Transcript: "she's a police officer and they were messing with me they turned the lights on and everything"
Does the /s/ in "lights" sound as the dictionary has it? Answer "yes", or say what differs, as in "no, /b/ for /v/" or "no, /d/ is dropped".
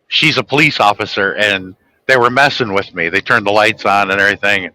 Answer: yes